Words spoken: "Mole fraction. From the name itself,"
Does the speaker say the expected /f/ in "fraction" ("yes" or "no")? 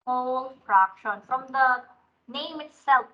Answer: no